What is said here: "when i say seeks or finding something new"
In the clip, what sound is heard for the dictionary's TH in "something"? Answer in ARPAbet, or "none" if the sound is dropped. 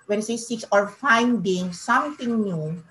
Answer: T